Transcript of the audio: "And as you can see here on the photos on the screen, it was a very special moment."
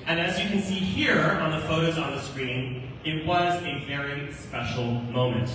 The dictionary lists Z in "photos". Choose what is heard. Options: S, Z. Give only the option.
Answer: Z